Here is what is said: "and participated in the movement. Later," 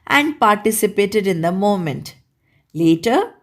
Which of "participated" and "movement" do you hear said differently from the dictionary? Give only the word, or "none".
movement